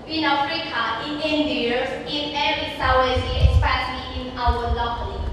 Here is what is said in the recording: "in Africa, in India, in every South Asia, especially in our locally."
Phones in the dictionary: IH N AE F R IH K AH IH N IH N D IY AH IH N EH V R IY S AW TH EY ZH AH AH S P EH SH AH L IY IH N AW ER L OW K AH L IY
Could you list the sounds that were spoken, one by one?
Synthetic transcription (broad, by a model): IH N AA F R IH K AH IH N IH N D IY AH IH N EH R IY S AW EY Z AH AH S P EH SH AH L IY IH N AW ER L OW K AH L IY